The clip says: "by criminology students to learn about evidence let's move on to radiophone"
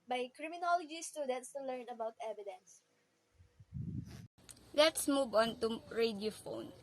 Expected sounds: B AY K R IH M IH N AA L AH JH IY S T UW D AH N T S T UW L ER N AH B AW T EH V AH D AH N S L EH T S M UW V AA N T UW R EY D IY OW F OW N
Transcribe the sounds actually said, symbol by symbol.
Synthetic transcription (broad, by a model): B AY K R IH M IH N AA L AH JH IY S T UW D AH T S T UW L ER N AH B AW T EH V AH D AH N S L EH T S M UW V AA N T UW R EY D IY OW F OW N